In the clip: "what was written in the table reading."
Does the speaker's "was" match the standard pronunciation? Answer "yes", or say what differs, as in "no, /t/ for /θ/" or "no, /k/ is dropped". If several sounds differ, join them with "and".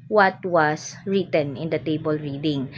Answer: no, /s/ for /z/